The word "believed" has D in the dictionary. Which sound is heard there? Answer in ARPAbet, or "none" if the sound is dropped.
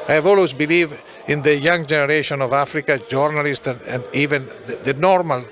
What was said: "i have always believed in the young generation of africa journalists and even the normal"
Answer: none